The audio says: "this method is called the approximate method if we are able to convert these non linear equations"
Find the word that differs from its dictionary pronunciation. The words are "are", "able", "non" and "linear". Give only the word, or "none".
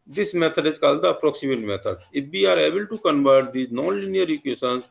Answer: none